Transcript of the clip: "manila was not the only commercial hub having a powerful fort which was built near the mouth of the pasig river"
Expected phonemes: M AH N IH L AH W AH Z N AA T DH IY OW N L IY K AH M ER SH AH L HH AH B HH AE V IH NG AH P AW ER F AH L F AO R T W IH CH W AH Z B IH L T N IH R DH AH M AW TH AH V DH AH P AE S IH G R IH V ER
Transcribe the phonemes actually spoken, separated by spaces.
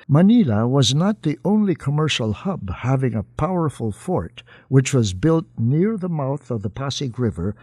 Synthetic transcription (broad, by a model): M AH N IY L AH W AH Z N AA T DH IY OW N L IY K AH M ER SH L HH AH B HH AE V IH NG AH P AW ER F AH L F AO R T W IH CH W AH Z B IH L T N IH R DH AH M AW TH AH V DH AH P AE S IH G R IH V ER